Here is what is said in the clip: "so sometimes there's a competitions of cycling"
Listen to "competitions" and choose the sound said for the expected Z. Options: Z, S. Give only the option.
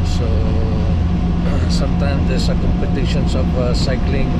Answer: S